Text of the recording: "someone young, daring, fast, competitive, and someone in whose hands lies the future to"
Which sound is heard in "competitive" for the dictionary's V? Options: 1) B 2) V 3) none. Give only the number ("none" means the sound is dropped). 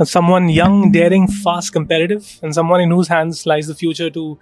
2